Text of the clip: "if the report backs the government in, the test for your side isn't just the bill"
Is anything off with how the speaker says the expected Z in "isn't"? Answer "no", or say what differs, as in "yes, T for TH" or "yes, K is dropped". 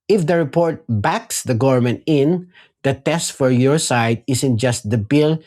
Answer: yes, S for Z